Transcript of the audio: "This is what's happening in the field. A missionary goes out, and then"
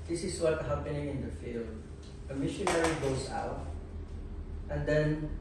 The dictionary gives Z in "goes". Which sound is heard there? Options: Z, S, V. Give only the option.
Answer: S